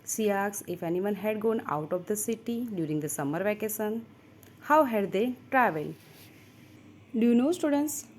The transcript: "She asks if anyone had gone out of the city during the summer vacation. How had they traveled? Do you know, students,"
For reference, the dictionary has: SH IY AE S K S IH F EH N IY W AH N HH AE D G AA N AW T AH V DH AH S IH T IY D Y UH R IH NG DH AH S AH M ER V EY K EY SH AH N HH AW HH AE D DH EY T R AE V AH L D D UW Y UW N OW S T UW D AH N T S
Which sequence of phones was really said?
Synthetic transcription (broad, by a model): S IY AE K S IH F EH N IY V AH N HH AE D G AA N AW T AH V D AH S IH T IY D Y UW R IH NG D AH S AH M ER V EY K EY S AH N HH AW HH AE D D EY T R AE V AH L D D UW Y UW N OW S T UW D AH N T S